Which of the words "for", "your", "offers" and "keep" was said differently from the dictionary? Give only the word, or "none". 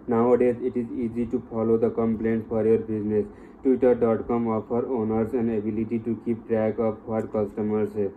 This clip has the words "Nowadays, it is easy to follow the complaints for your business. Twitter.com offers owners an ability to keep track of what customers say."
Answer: offers